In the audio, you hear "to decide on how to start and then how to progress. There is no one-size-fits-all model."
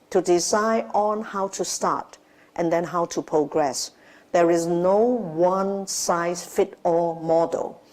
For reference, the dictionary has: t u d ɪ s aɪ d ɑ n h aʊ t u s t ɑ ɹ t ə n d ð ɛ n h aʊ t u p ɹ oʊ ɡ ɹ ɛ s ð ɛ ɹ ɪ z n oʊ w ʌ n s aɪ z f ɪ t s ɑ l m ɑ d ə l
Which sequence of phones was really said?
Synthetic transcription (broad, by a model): t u d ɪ s aɪ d ɑ n h aʊ t u s t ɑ ɹ t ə n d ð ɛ n h aʊ t u p ɹ oʊ ɡ ɹ ɛ s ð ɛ ɹ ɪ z n oʊ w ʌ n s aɪ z f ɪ t ɑ m ɑ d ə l